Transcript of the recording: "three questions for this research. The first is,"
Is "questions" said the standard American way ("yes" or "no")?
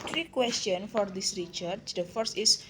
no